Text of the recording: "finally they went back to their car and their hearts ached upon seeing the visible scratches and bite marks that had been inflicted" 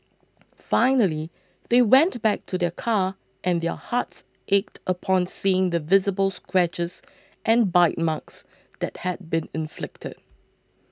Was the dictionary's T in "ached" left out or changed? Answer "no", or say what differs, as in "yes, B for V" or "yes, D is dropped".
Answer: no